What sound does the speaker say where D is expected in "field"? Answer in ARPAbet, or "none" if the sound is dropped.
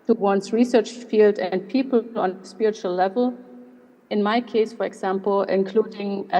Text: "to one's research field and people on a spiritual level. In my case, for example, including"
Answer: D